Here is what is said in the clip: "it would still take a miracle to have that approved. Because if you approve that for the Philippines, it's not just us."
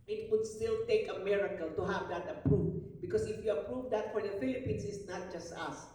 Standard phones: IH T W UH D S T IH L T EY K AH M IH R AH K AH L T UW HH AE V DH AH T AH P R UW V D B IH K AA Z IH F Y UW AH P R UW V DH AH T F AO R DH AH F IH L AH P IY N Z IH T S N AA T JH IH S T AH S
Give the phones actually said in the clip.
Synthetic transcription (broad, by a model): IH T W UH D S T IH L T EY K AH M IH R AH K AH L T UW HH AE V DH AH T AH P R UW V B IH K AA S IH F Y UW AH P R UW V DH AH T F AO R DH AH F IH L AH P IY N S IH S N AA T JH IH S T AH S